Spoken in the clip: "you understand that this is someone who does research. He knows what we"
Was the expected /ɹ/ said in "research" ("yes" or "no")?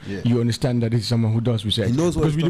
no